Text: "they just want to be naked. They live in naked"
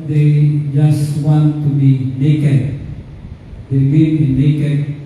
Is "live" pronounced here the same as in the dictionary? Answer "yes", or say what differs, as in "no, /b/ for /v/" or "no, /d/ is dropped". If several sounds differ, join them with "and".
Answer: no, /w/ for /l/ and /b/ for /v/